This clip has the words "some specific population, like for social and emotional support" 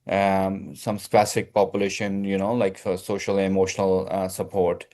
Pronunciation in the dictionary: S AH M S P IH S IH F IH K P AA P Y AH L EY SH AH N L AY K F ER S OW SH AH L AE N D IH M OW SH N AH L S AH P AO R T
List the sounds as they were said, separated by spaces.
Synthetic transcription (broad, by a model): S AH M S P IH S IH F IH K P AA P Y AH L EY SH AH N L AY K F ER S OW SH AH L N IH M OW SH N AH L S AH P AO R T